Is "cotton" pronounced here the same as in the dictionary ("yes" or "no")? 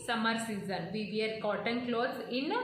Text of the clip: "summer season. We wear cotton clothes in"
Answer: yes